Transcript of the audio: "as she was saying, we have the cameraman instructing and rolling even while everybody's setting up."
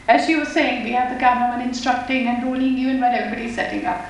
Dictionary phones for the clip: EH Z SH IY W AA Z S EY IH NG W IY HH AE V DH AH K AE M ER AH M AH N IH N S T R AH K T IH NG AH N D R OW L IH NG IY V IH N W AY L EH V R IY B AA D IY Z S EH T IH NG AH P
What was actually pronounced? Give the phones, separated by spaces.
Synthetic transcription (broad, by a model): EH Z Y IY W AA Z S EY IH NG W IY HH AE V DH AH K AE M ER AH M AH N IH N S T R AH K T IH NG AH N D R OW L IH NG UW IH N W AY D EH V R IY B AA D IY S EH T IH NG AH